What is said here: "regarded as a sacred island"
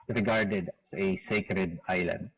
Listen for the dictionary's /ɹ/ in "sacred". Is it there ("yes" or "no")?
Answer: yes